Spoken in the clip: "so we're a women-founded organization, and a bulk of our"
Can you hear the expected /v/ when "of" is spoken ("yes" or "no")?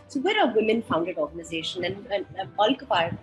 no